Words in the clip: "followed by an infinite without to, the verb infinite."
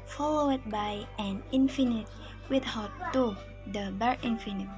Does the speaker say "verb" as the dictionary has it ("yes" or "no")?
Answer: no